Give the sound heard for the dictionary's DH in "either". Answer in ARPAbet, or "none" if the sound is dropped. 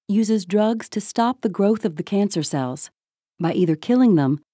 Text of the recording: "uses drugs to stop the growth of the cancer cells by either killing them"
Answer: DH